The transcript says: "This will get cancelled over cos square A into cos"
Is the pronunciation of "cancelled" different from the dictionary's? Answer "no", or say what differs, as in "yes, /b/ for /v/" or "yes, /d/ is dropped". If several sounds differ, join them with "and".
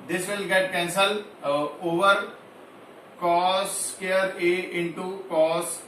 yes, /d/ is dropped